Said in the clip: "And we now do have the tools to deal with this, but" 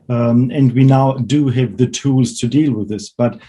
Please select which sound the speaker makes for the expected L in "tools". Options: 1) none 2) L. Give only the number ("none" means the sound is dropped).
2